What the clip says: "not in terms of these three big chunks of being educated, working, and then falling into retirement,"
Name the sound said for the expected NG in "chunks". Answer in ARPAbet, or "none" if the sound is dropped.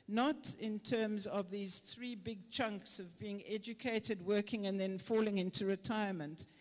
NG